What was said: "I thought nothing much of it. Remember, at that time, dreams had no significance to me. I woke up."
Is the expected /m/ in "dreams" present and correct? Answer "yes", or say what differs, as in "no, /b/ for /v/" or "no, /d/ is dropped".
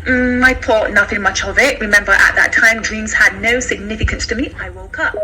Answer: yes